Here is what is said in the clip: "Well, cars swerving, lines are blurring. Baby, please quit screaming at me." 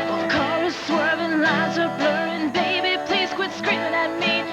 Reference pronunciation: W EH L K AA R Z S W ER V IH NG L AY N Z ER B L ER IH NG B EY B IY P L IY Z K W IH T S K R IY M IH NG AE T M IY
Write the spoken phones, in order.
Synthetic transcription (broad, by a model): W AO K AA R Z S W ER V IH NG L AY Z ER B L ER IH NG B EY B IY P L IY Z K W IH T S K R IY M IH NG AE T M IY